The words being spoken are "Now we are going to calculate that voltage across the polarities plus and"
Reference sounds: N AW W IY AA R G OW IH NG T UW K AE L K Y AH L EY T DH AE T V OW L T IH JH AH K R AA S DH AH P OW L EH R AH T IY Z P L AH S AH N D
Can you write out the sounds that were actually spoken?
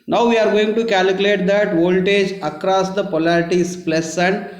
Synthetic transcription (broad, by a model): N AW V IY AA R G OW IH NG T UW K AE L K Y AH L EY T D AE T V OW L T IH JH AH K R AA S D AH P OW L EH R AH T IY S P L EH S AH N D